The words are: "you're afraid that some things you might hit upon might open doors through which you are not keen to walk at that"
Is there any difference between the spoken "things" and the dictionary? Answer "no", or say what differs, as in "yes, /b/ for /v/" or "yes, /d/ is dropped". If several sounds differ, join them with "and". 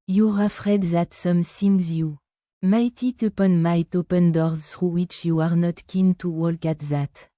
yes, /s/ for /θ/